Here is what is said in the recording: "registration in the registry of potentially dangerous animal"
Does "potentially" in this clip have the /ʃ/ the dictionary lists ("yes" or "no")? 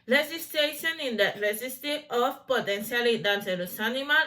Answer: no